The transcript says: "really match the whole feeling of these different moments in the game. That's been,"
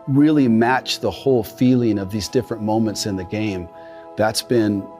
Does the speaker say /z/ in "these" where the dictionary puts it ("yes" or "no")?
yes